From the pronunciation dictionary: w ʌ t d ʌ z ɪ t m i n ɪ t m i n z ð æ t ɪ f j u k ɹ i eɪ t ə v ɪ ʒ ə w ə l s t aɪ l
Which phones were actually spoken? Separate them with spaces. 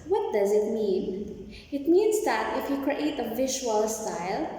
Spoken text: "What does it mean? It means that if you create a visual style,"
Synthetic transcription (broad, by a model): w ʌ t d ʌ z ɪ t m i n ɪ t m i n z ð æ t ɪ f j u k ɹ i eɪ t ə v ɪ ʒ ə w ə l s t aɪ l